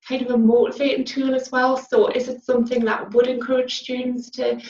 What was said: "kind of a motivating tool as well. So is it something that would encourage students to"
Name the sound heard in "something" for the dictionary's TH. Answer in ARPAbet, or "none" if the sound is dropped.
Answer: TH